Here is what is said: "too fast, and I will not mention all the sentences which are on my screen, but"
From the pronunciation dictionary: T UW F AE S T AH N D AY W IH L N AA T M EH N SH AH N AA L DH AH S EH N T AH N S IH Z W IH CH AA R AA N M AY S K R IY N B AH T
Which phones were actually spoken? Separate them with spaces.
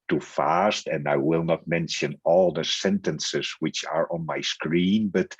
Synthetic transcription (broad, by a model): T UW F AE S T AH N D AY W IH L N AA T M EH N SH AH N AA L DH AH S EH N T AH N S IH Z W IH CH AA R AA N M AY S K R IY N B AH T